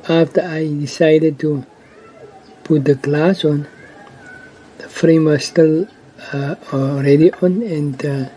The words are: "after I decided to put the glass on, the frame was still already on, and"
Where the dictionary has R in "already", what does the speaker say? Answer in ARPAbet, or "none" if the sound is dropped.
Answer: R